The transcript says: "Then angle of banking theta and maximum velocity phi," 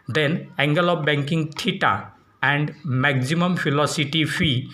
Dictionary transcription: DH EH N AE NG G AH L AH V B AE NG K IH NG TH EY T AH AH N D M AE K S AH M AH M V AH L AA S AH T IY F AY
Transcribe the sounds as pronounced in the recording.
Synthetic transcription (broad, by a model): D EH N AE NG G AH L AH B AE NG K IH NG T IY T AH AH N D M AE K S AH M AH M F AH L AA S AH T IY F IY